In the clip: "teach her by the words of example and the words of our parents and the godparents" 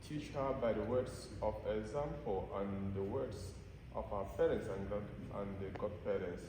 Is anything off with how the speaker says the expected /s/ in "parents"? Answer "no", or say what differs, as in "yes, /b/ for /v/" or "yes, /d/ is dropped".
no